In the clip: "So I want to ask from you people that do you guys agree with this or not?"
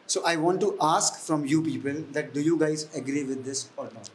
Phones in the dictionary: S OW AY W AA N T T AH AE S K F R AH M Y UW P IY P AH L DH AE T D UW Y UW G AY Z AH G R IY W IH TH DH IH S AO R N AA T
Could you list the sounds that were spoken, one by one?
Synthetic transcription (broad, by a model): S OW AY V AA N T T AH S K F R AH M Y UW P IY P AH L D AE T D UW Y UW G AY Z AH G R IY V IH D IH S AO R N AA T